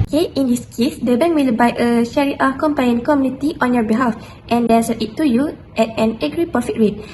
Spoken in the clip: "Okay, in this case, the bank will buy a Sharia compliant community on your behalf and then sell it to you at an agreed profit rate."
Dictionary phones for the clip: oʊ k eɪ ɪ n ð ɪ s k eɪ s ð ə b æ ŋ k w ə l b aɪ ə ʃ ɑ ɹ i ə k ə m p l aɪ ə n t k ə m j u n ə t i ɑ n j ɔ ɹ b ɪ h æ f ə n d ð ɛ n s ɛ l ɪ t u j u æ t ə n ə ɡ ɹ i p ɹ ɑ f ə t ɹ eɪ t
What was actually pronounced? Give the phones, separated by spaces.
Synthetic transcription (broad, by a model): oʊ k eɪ ɪ n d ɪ s k eɪ s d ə b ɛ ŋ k w ə l b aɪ ə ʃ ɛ ɹ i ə k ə m p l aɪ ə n k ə m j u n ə t i ɑ n j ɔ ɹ b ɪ h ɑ f ə n d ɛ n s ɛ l ɪ t u j u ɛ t ə n ə ɡ ɹ i p ɑ f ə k ɹ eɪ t